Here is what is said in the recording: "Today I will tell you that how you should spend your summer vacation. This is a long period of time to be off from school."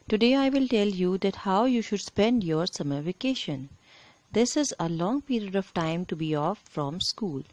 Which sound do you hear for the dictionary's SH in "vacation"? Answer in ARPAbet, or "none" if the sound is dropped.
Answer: SH